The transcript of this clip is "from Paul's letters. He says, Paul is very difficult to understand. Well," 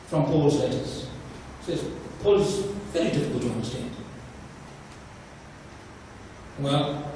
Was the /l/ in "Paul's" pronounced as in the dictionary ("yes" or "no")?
yes